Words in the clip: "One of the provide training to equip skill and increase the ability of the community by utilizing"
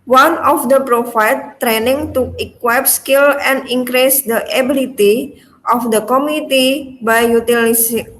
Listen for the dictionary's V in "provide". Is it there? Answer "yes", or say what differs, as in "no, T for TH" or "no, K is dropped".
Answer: no, F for V